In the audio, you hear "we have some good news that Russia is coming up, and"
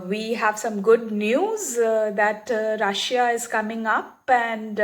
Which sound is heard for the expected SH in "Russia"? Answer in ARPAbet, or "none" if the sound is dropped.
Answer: SH